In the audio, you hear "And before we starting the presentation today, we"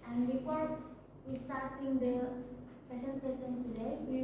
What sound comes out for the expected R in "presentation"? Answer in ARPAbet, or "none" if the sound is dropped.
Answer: none